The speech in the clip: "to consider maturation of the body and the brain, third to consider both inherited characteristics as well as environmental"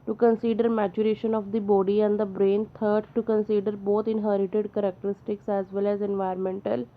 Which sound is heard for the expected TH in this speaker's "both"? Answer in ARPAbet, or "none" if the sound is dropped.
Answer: T